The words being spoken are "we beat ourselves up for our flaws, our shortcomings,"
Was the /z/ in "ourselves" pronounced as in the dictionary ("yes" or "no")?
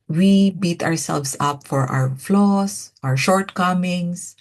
no